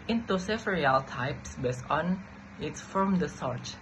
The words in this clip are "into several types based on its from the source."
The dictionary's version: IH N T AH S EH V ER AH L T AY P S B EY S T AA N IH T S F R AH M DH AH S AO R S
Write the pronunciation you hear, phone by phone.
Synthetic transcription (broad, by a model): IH N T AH S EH F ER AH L T AY P S B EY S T AA N IH T S F R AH M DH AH S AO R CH